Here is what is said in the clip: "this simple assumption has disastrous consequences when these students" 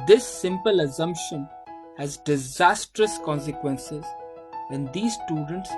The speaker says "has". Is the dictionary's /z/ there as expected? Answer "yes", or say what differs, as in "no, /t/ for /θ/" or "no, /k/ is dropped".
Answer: yes